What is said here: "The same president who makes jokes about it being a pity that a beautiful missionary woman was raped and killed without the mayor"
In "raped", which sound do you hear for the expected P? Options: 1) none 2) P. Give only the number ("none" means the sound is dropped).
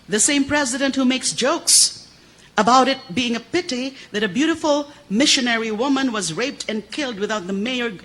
2